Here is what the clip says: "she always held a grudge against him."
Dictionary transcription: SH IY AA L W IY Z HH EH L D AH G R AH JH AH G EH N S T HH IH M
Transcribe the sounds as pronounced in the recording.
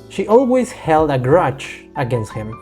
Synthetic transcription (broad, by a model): SH IY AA L W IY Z HH EH L D AH G R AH CH AH G EH N S T HH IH M